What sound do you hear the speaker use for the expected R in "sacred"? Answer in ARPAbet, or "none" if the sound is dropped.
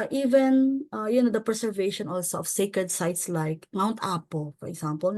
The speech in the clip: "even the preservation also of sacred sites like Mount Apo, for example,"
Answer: R